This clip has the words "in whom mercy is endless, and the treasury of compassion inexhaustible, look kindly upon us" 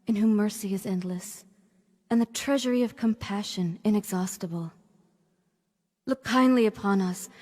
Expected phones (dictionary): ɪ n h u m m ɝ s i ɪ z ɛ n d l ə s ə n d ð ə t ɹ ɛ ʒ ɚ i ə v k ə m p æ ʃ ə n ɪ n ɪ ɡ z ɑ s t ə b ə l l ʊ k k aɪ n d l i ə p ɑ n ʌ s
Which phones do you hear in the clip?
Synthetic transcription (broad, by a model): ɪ n h u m m ɝ s i ɪ z ɛ n d l ə s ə n ð ə t ɹ ɛ ʒ ɚ i ə v k ə m p æ ʃ ə n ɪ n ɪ ɡ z ɑ s t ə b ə l l ʊ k k aɪ n d l i ə p ɑ n ʌ s